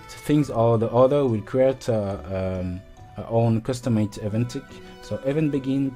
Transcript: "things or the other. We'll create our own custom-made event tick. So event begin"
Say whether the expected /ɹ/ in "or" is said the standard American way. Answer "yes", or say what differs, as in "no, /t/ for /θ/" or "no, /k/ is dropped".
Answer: no, /l/ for /ɹ/